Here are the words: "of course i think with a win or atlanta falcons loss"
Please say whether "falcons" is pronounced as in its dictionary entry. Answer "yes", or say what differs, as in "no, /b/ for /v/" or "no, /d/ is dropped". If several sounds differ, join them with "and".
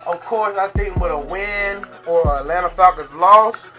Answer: no, /l/ is dropped and /n/ is dropped